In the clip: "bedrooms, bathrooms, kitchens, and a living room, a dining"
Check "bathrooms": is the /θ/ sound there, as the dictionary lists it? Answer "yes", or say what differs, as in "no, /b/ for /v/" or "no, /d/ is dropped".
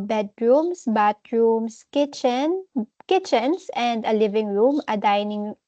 no, /t/ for /θ/